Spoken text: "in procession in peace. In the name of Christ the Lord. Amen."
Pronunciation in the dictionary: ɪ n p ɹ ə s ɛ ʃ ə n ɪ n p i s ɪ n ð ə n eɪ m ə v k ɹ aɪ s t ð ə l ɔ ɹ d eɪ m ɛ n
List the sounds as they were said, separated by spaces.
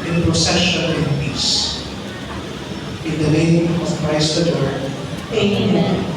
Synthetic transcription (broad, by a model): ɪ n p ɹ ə s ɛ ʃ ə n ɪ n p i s ɪ n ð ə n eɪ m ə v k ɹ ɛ s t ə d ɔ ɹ eɪ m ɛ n